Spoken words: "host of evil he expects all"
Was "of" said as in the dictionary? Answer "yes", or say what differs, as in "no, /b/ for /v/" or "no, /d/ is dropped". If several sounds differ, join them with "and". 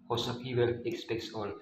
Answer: no, /p/ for /v/